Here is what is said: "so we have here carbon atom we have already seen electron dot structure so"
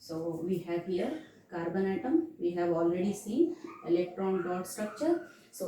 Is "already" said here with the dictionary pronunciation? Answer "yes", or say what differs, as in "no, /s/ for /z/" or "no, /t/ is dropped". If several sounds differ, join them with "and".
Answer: yes